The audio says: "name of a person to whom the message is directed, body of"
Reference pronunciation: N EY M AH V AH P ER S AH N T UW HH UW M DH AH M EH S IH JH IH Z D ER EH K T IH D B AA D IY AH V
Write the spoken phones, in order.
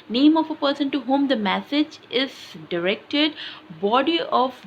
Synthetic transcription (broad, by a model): N EY M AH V AH P ER S AH N T UW HH UW M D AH M EH S IH JH IH Z D ER EH K T IH D B AA D IY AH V